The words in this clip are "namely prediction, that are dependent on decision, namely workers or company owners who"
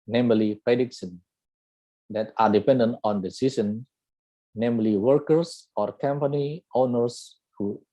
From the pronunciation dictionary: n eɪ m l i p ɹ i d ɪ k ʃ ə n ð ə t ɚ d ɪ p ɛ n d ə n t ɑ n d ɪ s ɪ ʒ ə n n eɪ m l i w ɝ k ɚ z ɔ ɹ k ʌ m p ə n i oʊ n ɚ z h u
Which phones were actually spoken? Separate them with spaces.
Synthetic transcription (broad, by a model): n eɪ m l i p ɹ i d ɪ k s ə n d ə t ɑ d ɪ p ɛ n d ə n t ɑ n d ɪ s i s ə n n eɪ m l i w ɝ k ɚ s ɔ ɹ k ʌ m p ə n i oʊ n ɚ s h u